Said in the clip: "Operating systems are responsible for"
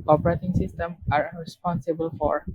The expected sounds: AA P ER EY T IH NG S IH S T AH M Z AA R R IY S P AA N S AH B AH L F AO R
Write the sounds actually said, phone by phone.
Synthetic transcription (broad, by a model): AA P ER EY T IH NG S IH S T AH M AA R R IY S P AA N S AH B AH L F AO R